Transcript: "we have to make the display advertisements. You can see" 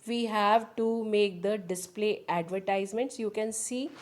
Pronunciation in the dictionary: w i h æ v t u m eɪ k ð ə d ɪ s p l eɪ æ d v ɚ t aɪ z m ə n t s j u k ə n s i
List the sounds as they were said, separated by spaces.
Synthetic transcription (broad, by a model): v i h æ v t u m eɪ k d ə d ɪ s p l eɪ æ d v ɚ t aɪ z m ə n t s j u k ə n s i